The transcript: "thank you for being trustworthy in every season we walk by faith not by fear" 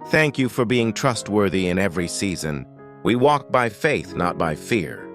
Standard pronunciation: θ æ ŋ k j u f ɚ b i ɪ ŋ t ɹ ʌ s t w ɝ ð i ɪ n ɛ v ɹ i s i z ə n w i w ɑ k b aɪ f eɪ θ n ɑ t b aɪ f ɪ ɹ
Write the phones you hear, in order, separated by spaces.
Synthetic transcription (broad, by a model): θ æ ŋ k j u f ɚ b i ɪ ŋ t ɹ ʌ s t w ɝ ð i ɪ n ɛ v ɹ i s i z ə n w i w ɑ k b aɪ f eɪ θ n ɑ t b aɪ f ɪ ɹ